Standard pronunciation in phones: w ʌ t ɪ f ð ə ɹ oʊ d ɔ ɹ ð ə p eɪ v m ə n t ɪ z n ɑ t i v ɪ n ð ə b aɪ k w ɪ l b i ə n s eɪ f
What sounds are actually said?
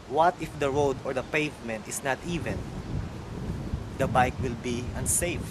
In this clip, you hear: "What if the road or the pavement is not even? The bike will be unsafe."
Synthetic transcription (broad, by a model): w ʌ t ɪ f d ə ɹ oʊ d ɔ ɹ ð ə p eɪ v m ə n t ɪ s n ɑ t i v ɪ n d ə b aɪ k w ɪ l b i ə n s eɪ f